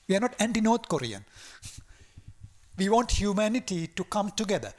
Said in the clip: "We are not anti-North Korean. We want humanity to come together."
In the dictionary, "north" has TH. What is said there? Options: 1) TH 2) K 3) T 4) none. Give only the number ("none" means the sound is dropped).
3